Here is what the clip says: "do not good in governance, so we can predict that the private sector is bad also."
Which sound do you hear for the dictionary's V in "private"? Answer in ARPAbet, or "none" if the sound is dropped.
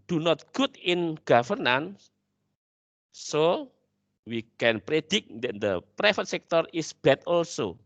F